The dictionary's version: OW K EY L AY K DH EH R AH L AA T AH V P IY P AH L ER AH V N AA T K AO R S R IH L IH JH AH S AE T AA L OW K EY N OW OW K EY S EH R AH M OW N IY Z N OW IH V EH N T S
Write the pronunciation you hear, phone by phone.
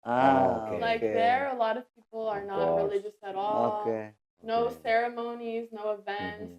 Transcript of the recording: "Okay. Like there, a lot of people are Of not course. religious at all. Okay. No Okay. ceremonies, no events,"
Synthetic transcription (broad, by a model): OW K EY L AY K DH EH R AH L AA T AH V P IY P L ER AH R N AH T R R IH L IH JH AH S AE T AA L OW K EY N OW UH S EH R AH M OW N IY Z N OW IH V EH N T S